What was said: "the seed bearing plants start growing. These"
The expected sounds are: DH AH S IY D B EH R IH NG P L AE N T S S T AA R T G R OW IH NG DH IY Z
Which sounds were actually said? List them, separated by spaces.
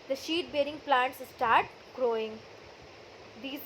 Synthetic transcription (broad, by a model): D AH SH IY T B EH R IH NG P L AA N T S S T AA R T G R OW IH NG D IY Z